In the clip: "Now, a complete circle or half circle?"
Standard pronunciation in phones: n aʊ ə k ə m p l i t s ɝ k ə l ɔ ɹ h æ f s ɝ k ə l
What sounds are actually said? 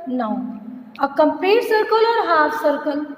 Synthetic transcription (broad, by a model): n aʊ ə k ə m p i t s ɝ k ə l ɔ ɹ h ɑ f s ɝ k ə l